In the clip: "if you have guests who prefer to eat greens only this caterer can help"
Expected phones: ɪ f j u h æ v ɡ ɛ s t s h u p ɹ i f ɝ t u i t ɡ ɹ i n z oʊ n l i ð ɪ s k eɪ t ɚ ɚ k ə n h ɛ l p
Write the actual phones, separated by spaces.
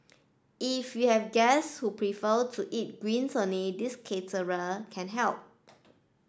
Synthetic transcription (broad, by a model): ɪ f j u h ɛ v ɡ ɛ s s h u p ɹ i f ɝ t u i t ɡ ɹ i n s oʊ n i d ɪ s k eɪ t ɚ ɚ k ə n h ɛ l p